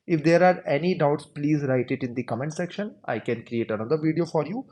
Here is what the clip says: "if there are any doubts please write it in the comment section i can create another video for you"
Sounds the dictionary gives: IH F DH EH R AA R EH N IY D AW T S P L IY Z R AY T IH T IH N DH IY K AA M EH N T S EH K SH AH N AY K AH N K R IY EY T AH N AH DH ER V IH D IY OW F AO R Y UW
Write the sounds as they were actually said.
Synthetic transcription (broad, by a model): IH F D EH R AA R EH N IY D AW T S P L IY Z R AY T IH T IH N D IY K AA M EH N T S EH K SH AH N AY K AH N K R IY EY T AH N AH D ER V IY D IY OW F AO R Y UW